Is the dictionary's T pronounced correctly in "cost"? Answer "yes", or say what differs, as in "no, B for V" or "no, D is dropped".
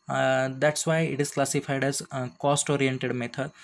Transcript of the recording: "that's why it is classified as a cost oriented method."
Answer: yes